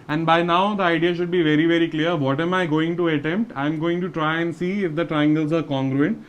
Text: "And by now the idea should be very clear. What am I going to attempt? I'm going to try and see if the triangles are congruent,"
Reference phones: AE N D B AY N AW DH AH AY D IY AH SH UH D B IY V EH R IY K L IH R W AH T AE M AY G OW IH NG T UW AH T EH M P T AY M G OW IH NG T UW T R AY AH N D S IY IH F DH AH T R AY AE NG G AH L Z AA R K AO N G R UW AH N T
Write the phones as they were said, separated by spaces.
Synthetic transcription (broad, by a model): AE N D B AY N AW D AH AY D IY AH SH UH D B IY V EH R IY K L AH R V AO T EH M AY G OW IH NG T UW AH T EH M P T AY M G OW IH NG T UW T R AY AH N D S IY IH F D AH T R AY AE NG G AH L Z AA R K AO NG G R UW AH N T